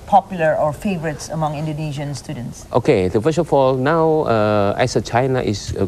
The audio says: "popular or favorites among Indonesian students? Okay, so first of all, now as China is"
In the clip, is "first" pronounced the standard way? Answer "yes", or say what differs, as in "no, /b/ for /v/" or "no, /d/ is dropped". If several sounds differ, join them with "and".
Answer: no, /t/ is dropped